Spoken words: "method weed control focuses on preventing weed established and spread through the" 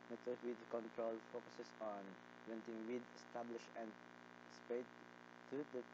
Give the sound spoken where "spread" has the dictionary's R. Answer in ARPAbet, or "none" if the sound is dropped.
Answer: none